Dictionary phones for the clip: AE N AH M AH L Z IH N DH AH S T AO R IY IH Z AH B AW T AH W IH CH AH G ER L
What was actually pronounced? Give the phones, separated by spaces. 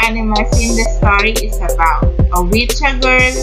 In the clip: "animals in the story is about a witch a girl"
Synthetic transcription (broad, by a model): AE N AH M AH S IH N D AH S T AO R IY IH S AH B AW T AH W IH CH AH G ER